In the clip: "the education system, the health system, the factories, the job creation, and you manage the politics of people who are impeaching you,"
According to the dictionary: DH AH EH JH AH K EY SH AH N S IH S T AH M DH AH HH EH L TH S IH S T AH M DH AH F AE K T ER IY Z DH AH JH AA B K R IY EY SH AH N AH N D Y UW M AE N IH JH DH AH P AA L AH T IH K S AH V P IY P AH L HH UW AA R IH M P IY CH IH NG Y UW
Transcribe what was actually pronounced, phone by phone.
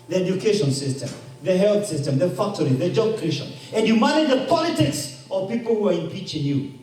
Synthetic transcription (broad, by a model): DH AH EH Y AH K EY SH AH N S IH S T AH M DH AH HH EH L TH S IH S T AH M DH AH F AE K T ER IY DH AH JH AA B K IY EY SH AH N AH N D Y UW M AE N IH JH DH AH P AA L AH T IH K S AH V P IY P AH L HH UW AA R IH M P IY CH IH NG Y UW